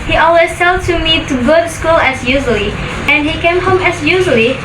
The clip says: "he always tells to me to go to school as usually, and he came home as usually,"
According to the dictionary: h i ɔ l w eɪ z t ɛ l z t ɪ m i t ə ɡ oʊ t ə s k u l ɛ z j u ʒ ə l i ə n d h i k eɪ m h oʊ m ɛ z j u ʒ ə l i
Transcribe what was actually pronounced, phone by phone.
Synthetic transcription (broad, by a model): h i ɔ l w eɪ z s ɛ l t ɪ m i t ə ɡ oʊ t s k u l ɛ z j u ʒ ə l i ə n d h i k eɪ m h oʊ m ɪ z j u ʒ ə l i